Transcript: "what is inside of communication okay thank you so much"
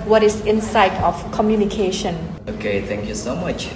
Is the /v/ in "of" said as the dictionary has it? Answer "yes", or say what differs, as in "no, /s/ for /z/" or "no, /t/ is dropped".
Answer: no, /f/ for /v/